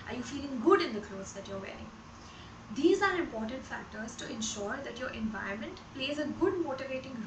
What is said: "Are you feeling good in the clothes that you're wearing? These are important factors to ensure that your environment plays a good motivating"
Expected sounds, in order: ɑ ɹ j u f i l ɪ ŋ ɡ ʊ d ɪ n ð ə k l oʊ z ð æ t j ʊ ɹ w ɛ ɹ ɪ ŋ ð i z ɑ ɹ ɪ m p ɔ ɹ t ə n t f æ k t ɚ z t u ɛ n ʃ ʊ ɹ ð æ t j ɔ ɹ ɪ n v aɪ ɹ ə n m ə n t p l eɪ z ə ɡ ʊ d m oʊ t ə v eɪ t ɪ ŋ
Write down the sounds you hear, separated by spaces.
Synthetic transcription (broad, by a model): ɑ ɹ j u f i l ɪ ŋ ɡ ʊ d ɪ n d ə k l oʊ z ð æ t j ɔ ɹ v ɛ ɹ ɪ ŋ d i z ɑ ɹ ɪ m p ɔ ɹ t ə n t f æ k t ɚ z t u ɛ n ʃ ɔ ɹ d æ t j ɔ ɹ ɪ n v aɪ ə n m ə n t p l eɪ z ə ɡ ʊ d m oʊ t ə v eɪ t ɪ ŋ